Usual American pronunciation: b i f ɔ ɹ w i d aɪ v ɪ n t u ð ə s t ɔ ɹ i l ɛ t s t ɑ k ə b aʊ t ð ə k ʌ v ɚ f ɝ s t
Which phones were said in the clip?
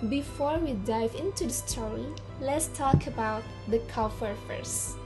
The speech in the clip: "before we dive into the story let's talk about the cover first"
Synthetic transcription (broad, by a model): b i f ɔ ɹ w i d aɪ v ɪ n t u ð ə s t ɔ i l ɛ t s t ɑ k ə b aʊ t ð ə k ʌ f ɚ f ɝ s